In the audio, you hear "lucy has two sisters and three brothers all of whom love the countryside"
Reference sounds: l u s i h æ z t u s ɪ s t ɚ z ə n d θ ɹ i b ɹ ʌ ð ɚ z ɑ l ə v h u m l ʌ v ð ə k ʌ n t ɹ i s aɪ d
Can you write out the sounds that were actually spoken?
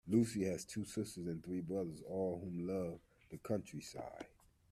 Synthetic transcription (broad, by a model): l u s i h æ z t u s ɪ s t ɚ z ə n θ ɹ i b ɹ ʌ ð ɚ z ɑ l h u m l ʌ v ð ə k ʌ n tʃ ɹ i s aɪ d